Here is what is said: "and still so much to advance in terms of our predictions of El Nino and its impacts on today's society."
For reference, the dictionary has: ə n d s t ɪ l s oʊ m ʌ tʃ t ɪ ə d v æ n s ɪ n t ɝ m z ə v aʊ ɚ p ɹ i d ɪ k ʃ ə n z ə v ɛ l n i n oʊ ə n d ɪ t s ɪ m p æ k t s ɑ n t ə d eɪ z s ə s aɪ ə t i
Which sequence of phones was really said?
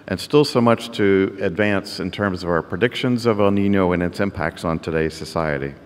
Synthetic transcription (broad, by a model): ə n s t ɪ l s oʊ m ʌ tʃ t ɪ ə d v æ n s ɪ n t ɝ m z ə v aʊ ɚ p ɹ i d ɪ k ʃ ə n z ə v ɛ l n i n oʊ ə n ɪ t s ɪ m p æ k t s n t ə d eɪ z s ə s aɪ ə t i